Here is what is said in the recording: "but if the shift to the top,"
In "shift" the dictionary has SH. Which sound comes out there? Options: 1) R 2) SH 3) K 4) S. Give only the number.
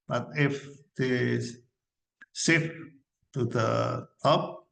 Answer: 4